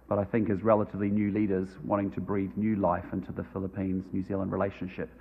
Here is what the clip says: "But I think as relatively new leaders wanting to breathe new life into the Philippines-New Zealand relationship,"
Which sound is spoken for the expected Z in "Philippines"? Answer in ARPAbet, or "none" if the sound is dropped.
Z